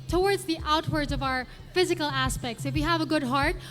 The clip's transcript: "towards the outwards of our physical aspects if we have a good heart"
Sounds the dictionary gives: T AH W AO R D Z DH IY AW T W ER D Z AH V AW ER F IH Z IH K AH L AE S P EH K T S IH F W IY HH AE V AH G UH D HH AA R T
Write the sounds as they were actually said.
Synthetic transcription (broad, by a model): T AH W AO R D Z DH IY AW T W ER D Z AH V AW ER F IH Z IH K AH L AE S P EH K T S IH F W IY HH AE V AH G UH D HH AA R T